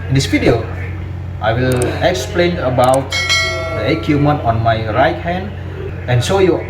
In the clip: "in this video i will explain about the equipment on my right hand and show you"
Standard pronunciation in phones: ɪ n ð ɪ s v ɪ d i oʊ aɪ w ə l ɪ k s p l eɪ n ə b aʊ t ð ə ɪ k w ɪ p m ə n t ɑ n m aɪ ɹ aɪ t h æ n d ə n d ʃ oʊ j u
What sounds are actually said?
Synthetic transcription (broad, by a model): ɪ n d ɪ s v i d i oʊ aɪ w ə l ɪ k s p l eɪ n ə b aʊ t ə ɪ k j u m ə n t ɑ n m aɪ ɹ aɪ t h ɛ n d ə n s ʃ oʊ j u